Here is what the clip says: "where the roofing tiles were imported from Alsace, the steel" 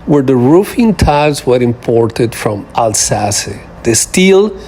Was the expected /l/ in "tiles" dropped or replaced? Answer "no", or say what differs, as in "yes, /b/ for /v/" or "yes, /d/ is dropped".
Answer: yes, /l/ is dropped